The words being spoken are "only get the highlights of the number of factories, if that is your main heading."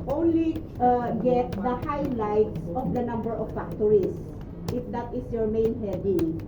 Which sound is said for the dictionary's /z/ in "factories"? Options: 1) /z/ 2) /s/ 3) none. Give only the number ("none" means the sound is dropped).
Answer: 2